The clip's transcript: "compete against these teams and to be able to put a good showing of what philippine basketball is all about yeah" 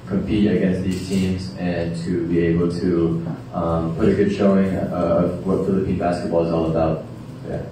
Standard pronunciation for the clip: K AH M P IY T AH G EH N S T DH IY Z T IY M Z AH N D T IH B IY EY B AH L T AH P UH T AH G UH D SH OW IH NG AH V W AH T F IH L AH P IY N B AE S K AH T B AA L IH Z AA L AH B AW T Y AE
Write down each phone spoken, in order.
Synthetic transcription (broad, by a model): K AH M P IY T AH G EH N S T DH IY Z T IY M Z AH N T IH B IY EY B L T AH P UH T AH G UH D SH OW IH NG AH V W AH T F IH L AH P IY N B AE S K AH T B AA L IH Z AA L AH B AW T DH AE